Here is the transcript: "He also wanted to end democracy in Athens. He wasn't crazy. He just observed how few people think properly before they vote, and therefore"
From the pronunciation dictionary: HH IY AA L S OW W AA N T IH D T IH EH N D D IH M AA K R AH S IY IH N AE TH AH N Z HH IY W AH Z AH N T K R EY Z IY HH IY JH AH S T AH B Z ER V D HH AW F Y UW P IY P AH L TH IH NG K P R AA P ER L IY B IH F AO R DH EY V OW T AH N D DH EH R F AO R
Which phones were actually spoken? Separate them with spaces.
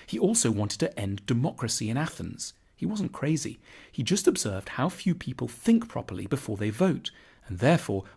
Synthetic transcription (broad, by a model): HH IY AA L S OW W AA N T IH D T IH EH N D D IH M AA K R AH S IY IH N AE TH AH N Z HH IY W AH Z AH N K R EY Z IY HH IY JH AH S T AH B Z ER V D HH AW F Y UW P IY P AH L TH IH NG K P R AA P ER L IY B IH F AO R DH EY V OW T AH N DH EH R F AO R